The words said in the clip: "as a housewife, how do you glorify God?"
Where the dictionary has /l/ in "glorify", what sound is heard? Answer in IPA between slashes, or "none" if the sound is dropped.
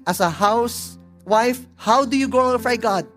none